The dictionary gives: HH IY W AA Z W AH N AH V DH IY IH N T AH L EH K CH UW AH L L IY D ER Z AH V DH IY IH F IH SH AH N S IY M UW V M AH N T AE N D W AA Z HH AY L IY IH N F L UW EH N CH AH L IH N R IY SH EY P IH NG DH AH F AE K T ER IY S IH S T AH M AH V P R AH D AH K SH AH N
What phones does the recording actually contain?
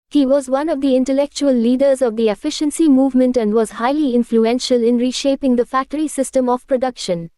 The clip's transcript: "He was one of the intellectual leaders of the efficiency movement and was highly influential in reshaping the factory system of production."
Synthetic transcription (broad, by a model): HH IY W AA Z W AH N AH V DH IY IH N T AH L EH K CH UW AH L L IY D ER Z AH V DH IY IH F IH SH AH N S IY M UW V M AH N T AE N D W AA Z HH AY L IY IH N F L UW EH N SH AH L IH N R IY SH EY P IH NG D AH F AE K T ER IY S IH S T AH M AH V P R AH D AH K SH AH N